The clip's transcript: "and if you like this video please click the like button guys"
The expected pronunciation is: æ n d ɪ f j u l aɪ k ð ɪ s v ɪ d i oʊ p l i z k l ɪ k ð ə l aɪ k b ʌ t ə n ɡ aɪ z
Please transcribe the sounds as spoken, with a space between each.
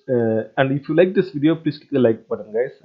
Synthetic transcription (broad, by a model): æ n d ɪ f j u l aɪ k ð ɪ s v ɪ d i oʊ p l i s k ɪ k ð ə l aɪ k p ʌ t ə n ɡ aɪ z